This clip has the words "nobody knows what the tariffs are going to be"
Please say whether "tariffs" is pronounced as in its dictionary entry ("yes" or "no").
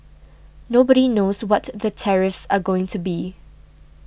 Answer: yes